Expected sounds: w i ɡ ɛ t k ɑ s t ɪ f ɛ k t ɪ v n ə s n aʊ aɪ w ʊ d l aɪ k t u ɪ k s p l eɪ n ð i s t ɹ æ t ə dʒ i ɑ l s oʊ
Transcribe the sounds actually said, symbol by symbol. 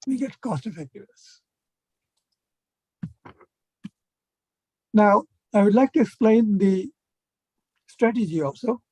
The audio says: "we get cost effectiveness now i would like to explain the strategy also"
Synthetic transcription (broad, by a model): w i ɡ ɛ t k ɑ s t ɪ f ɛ k t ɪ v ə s n aʊ aɪ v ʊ d l aɪ k t u ɪ k s p l eɪ n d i s t ɹ æ t ə dʒ i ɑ l s oʊ